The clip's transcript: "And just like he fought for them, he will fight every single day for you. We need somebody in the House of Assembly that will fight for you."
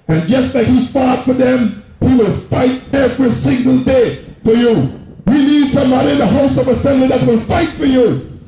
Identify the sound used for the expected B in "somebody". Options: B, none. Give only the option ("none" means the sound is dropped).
none